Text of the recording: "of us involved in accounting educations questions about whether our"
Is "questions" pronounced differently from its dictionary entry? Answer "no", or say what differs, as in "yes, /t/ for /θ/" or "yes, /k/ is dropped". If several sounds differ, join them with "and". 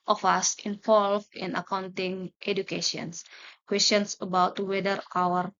yes, /s/ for /z/